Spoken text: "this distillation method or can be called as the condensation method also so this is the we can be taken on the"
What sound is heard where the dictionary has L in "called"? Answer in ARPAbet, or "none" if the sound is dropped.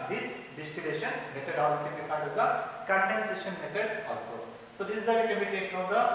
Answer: N